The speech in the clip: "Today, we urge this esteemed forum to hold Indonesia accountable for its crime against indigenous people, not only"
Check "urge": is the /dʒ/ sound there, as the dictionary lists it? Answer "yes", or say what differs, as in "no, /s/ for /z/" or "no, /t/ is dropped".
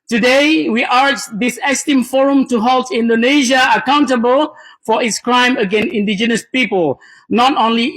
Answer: no, /tʃ/ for /dʒ/